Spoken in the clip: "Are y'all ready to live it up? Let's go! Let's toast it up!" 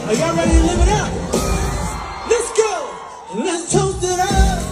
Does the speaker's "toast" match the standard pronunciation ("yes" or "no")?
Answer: no